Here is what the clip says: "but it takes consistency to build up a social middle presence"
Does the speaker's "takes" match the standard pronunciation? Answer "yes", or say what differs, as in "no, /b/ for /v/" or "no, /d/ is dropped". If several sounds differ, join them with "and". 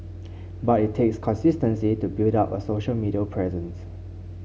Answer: yes